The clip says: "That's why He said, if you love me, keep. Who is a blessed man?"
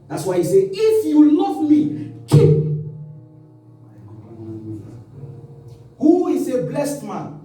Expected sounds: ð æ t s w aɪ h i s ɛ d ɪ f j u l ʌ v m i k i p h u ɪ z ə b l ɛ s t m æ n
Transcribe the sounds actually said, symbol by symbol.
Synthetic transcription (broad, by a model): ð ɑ t s w aɪ h i s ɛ ɪ f j u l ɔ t m i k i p h u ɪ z ə b l ɛ s t m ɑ n